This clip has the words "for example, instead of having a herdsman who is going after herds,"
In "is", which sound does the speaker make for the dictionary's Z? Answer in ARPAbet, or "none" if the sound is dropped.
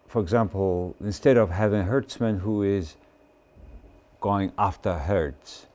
Z